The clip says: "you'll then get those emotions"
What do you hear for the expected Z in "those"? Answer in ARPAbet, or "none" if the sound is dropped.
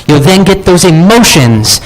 Z